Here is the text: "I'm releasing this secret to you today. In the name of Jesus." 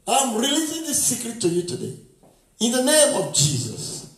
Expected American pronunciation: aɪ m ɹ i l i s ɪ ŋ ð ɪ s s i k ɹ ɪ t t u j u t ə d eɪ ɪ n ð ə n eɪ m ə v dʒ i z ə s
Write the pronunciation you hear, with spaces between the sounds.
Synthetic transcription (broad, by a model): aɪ m ɹ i l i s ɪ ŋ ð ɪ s s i k ɹ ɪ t t u j u t ə d eɪ ɪ n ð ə n eɪ m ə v dʒ i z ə s